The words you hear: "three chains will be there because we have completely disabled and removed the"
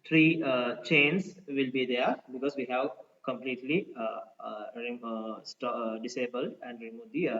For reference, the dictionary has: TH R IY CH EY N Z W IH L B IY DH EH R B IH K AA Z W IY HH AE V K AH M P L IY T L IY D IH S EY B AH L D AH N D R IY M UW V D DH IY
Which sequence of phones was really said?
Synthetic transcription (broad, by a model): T R IY CH EY N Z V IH L B IY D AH R B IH K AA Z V IY HH AE V K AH M P L IY T L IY D IH S EY B AH L D AH N D R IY M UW D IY